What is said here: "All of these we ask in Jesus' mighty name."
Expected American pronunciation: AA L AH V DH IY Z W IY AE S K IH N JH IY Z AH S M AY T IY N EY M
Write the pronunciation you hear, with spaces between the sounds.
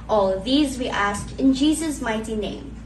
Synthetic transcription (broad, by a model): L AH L DH IY Z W IY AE S K IH N JH IY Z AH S M AY T IY N EY M